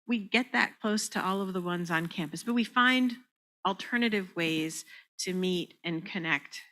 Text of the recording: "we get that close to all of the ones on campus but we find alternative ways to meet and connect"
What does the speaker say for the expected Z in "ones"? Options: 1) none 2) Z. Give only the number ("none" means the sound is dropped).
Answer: 2